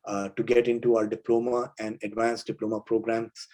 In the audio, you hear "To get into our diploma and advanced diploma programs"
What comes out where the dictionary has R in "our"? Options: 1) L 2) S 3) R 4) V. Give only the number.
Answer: 1